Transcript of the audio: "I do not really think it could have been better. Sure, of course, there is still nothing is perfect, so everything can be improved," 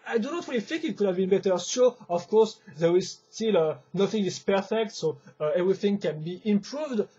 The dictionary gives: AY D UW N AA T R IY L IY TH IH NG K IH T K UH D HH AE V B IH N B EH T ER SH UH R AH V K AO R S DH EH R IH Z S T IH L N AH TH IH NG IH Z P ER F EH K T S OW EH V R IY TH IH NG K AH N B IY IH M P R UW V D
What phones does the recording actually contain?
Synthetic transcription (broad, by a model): AY D UW N AA T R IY L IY TH IH NG K IH T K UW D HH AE V B IH N B EH T ER S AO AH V K AO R S DH EH R IH Z S T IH L N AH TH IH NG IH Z P ER F EH K T S OW EH V R IY TH IH NG K AH N B IY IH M P R UW V D